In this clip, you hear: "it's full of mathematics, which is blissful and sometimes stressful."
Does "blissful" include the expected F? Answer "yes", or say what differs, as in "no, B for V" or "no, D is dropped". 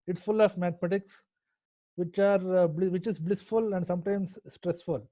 yes